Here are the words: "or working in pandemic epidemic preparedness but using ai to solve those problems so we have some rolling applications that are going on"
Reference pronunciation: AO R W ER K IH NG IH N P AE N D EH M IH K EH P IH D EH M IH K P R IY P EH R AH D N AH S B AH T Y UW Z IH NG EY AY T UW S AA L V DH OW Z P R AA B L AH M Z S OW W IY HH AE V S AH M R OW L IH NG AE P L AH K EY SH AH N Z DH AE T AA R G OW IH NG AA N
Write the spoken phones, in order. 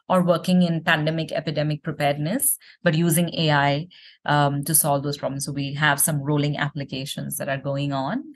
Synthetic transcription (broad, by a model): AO R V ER K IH NG IH N P AE N D EH M IH K EH P IH D EH M IH K P R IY P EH R D N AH S B AH T Y UW Z IH NG EY AY T UW S AA L V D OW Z P R AA B L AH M S OW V IY HH AE V S AH M R OW L IH NG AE P L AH K EY SH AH N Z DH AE T AA R G OW IH NG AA N